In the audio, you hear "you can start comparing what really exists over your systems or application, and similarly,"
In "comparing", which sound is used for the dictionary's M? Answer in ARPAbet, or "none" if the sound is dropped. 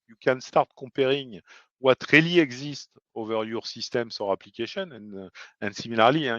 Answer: none